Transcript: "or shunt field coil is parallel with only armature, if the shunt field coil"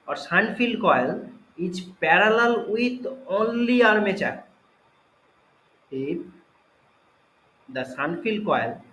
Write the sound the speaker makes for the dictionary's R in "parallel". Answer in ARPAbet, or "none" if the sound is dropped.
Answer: R